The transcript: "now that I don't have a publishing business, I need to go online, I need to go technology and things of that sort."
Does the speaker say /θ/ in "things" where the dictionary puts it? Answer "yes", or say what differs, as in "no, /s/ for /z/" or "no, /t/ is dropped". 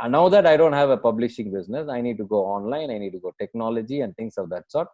no, /t/ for /θ/